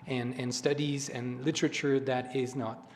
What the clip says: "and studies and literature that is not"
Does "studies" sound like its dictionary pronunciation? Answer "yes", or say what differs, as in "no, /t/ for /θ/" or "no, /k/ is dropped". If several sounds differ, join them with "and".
yes